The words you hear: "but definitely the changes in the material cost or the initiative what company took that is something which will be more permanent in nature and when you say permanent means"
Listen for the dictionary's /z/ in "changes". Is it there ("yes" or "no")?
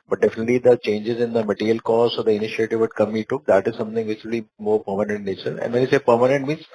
yes